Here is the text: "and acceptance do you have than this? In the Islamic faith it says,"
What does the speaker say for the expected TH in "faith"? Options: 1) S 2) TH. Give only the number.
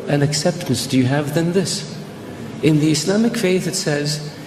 2